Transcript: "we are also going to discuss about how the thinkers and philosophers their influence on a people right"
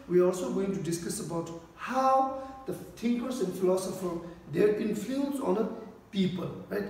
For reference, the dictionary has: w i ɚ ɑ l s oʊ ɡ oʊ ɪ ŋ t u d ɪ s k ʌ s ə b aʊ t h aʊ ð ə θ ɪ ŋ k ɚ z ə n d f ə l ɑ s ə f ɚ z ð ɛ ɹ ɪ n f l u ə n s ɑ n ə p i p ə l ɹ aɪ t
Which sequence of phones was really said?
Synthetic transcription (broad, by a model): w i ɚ ɑ l s oʊ ɡ oʊ ɪ ŋ t u d ɪ s k ʌ s ə b aʊ t h aʊ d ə t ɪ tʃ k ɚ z ə n d f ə l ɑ s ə f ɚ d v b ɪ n f u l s ɑ n ə p i p ə l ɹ aɪ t